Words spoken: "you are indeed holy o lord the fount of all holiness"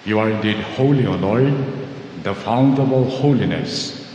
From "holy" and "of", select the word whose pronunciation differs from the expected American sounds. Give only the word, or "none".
of